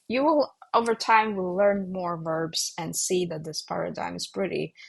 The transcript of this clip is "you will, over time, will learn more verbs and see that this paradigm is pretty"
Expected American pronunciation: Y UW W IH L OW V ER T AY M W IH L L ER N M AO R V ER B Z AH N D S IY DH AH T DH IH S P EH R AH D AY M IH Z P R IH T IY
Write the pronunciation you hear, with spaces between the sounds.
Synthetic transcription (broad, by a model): Y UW W IH L OW V ER T AY M W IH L L ER N M AO R V ER B Z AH N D S IY DH AH T DH IH S P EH R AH D AY M IH Z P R IH T IY